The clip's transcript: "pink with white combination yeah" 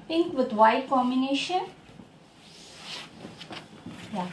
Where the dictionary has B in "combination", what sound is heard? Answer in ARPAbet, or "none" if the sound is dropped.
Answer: none